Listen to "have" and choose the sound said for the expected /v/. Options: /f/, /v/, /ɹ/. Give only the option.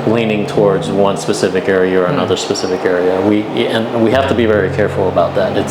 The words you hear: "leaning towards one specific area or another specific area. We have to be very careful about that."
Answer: /f/